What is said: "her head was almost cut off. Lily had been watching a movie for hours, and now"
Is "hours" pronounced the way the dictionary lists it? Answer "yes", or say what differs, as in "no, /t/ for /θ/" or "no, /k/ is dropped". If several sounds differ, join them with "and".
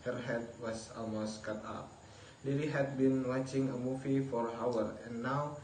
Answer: no, /z/ is dropped